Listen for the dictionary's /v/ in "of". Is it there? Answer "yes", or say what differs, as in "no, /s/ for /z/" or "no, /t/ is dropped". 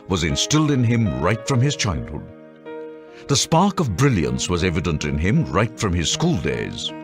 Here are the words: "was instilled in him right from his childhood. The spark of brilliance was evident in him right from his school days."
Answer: yes